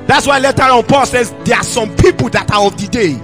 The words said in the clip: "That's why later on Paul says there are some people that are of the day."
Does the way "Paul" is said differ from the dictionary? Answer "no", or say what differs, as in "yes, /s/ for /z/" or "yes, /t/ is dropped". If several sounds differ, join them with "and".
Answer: no